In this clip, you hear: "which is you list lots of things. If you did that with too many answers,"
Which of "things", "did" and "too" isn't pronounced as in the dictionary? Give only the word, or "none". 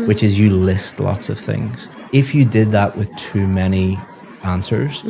none